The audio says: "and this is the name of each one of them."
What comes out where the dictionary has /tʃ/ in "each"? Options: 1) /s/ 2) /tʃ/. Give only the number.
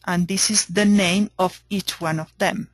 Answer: 2